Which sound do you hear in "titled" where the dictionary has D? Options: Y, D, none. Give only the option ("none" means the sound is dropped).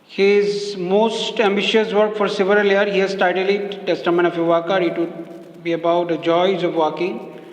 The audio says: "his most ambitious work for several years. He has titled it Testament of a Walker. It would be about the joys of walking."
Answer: none